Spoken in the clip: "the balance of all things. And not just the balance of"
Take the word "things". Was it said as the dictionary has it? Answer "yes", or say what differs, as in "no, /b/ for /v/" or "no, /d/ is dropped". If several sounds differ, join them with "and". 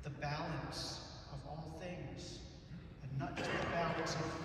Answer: yes